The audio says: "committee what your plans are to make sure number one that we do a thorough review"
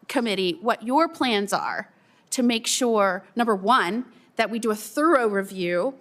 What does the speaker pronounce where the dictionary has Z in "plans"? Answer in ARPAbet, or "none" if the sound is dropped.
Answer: Z